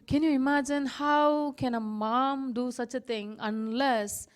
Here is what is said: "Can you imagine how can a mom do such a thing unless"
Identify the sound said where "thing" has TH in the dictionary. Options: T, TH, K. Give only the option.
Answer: T